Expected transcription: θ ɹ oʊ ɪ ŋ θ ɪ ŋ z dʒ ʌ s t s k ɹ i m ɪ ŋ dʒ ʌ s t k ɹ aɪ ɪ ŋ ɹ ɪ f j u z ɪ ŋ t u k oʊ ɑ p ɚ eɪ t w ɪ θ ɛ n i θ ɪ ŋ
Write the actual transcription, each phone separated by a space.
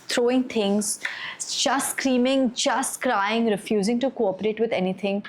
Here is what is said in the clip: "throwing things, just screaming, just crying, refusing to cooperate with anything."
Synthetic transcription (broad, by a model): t ɹ oʊ ɪ ŋ t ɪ ŋ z dʒ ʌ s t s k ɹ i m ɪ ŋ dʒ ʌ s t k ɹ aɪ ɪ ŋ ɹ ɪ f j u z ɪ ŋ t u k oʊ ɑ p ɚ eɪ t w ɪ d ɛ n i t ɪ ŋ